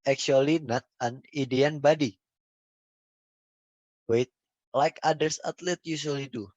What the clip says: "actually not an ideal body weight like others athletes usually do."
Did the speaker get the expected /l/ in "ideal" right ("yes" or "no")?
no